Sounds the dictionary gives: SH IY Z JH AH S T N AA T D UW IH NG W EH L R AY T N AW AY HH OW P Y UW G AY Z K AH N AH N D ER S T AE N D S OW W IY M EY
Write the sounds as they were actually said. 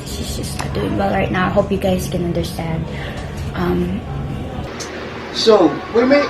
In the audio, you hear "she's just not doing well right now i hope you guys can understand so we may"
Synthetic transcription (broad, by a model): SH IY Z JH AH S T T D UW IH NG W EH L R AY T N AW AY HH OW P Y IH G AY Z K AH N AH N D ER S T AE N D S OW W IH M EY